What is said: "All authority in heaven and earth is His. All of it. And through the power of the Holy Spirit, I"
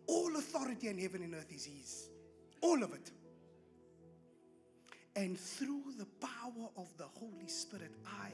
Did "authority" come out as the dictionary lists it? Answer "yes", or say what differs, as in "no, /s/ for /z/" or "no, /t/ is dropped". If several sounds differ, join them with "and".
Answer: yes